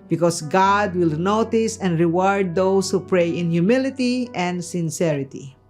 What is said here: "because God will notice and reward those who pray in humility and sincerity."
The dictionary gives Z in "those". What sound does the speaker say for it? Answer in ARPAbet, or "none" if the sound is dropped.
S